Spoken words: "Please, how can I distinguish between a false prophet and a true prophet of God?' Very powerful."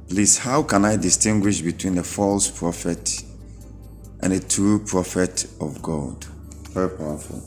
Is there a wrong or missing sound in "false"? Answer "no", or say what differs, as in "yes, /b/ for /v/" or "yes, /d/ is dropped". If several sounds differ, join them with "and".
no